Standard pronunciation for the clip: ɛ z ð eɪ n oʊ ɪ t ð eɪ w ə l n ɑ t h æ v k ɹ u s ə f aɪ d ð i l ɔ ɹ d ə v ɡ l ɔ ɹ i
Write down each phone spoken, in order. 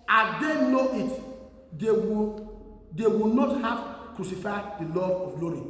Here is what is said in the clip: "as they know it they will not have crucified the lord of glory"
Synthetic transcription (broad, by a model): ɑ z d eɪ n oʊ ɪ t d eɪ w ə w n ɑ t h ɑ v k ɹ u s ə f aɪ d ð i l ɔ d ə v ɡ l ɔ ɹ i